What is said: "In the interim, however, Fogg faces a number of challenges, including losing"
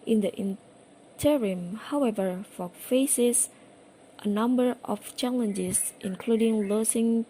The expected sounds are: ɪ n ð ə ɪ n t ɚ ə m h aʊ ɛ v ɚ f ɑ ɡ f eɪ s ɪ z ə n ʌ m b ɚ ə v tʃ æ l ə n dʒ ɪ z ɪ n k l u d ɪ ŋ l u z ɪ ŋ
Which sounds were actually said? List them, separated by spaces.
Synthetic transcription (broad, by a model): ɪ n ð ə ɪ n t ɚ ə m h aʊ ɛ v ɚ f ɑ f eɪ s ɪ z ə n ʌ m b ɚ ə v tʃ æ l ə n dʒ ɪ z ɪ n k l u d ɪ ŋ l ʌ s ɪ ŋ